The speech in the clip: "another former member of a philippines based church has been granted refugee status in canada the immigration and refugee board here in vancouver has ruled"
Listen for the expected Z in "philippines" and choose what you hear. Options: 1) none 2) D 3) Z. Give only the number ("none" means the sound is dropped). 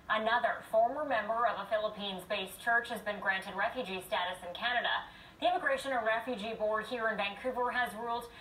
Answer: 3